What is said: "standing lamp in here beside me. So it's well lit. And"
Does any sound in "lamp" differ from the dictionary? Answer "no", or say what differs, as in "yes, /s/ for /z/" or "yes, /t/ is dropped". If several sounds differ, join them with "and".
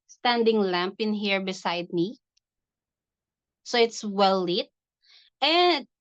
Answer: no